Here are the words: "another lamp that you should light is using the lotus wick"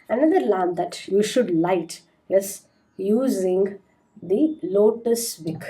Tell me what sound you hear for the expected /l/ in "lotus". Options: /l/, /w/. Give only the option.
/l/